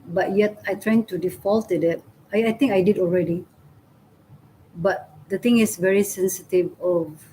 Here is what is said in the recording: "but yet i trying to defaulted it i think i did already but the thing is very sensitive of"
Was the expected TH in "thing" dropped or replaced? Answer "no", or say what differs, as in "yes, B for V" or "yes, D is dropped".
yes, T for TH